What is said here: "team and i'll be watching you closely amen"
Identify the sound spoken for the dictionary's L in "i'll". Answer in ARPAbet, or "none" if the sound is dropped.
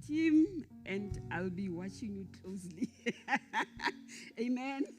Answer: L